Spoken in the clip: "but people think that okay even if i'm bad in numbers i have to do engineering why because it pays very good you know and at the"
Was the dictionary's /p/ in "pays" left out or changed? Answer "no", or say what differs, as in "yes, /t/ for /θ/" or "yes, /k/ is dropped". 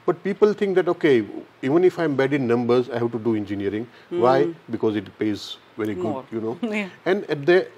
no